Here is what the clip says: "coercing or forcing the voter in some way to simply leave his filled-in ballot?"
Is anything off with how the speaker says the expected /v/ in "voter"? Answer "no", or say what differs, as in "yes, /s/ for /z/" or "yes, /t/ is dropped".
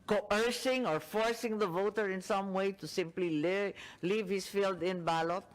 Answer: no